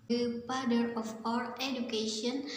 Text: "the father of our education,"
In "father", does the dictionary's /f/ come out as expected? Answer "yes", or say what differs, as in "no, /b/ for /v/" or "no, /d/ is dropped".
no, /p/ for /f/